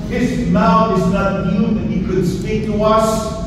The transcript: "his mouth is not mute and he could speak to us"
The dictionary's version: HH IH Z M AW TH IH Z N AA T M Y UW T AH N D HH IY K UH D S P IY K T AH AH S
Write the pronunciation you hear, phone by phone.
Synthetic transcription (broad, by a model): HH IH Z M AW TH IH Z N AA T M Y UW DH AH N HH IY K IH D S P IY K T AH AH S